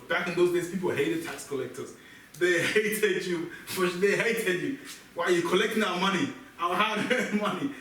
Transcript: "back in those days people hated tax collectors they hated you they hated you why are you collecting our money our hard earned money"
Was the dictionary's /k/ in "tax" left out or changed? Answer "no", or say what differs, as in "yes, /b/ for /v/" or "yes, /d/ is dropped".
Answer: no